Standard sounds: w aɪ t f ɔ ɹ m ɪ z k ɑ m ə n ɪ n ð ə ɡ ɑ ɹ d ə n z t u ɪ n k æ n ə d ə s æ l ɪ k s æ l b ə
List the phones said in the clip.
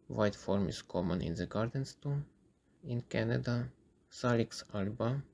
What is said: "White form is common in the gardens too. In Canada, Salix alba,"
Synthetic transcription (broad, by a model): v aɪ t f ɔ ɹ m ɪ s k ɑ m ə n ɪ n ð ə ɡ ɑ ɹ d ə n s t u ɪ n k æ n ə d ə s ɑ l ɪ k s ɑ l b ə